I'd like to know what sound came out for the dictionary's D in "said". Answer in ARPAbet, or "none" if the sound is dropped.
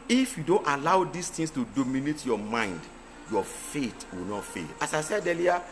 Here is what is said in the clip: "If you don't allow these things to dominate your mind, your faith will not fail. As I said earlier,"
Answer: D